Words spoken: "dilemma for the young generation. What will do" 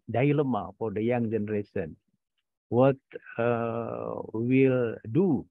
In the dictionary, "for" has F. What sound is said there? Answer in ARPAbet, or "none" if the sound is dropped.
F